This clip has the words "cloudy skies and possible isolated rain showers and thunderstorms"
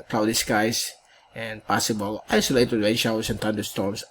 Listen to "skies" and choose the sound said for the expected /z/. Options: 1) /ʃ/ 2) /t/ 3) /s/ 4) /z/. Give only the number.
3